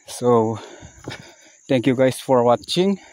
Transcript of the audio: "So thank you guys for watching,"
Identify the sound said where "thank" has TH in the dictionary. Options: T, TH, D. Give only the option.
T